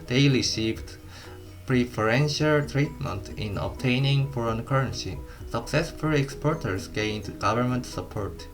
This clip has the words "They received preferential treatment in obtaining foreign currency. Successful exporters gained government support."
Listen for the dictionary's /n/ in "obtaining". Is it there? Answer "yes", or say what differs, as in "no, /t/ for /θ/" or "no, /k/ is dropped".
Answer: yes